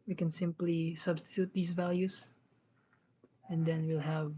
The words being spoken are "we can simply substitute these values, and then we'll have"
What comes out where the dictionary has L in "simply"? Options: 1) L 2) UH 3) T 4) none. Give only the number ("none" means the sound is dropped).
1